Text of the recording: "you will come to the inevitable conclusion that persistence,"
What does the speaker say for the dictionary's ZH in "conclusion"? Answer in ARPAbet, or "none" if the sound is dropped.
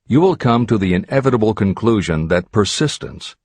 ZH